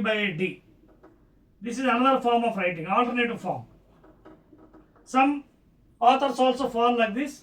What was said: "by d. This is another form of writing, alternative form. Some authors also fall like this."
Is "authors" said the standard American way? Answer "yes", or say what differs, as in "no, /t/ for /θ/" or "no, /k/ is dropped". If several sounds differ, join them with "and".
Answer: no, /t/ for /θ/ and /s/ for /z/